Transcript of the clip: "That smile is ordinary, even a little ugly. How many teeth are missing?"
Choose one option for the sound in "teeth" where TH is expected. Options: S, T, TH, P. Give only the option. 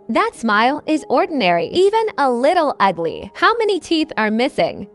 TH